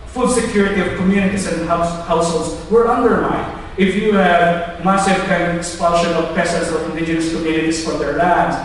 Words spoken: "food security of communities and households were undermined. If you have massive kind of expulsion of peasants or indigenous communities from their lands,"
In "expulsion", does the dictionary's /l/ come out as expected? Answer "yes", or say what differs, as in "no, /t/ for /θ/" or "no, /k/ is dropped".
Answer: no, /n/ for /l/